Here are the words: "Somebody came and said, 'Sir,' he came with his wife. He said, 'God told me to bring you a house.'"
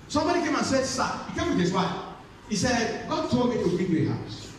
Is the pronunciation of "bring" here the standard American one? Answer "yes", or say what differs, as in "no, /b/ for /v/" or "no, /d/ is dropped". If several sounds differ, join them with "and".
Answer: no, /ɹ/ is dropped